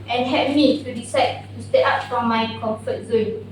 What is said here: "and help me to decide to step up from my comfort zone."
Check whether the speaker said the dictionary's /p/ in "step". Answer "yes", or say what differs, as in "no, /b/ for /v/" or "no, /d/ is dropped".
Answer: no, /p/ is dropped